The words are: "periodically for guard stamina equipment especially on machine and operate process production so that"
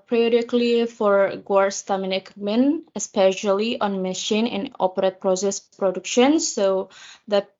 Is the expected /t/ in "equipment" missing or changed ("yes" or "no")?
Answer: yes